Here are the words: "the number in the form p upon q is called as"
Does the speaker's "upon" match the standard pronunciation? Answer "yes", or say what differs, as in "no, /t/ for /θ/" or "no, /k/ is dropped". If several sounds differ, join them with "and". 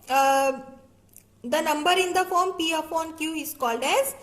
no, /f/ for /p/